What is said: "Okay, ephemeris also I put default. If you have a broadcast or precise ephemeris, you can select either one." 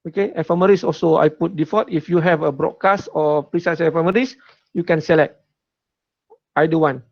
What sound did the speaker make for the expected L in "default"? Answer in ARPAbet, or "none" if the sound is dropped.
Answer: none